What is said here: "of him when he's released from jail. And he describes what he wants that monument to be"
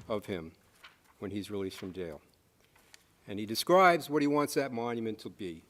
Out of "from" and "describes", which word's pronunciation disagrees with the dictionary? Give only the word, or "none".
none